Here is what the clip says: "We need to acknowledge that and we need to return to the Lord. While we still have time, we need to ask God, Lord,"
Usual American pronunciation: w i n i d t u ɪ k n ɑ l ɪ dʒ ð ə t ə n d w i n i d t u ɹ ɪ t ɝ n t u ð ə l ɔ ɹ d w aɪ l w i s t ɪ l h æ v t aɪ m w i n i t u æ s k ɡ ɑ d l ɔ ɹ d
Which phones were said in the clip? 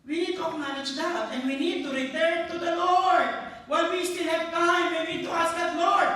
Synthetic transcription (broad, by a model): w i n i d t u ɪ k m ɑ n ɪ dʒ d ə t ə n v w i n i d t u ɹ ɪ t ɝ t u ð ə l ɔ ɹ d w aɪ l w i s t ɪ l h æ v t aɪ m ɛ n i t u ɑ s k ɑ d l ɔ ɹ d